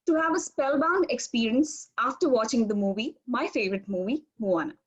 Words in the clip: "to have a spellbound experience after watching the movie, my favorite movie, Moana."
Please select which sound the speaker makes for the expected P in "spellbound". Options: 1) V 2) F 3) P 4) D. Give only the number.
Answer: 3